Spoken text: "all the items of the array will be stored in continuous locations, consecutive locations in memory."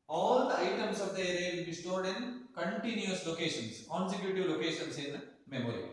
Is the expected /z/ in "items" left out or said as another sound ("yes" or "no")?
yes